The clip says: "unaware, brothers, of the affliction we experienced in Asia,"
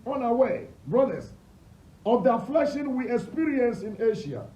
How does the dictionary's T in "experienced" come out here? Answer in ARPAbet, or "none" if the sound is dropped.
none